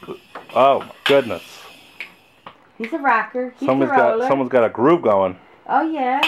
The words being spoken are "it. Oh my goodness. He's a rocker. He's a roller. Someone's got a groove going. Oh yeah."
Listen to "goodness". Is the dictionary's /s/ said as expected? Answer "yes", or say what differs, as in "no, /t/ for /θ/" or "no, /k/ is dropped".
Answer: yes